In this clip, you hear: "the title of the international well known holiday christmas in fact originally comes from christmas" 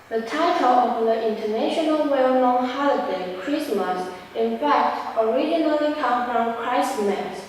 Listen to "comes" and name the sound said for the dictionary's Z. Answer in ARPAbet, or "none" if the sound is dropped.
none